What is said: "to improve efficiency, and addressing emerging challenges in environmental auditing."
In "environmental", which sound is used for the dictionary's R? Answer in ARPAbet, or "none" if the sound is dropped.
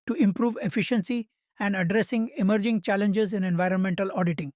R